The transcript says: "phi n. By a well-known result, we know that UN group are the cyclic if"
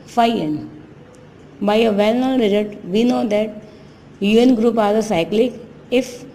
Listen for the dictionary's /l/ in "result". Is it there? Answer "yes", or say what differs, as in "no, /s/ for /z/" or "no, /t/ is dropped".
no, /l/ is dropped